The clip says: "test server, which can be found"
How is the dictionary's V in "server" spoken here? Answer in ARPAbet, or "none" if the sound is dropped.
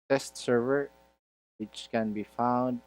V